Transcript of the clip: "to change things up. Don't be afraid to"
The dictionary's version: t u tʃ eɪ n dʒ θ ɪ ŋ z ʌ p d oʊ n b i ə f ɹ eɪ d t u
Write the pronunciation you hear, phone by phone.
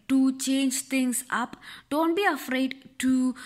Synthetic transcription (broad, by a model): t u tʃ eɪ n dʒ t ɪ ŋ s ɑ p d oʊ n b i ə f ɹ eɪ d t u